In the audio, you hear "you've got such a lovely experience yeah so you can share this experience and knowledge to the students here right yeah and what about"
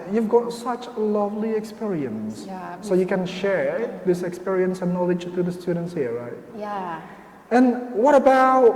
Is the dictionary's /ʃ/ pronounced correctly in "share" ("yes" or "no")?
yes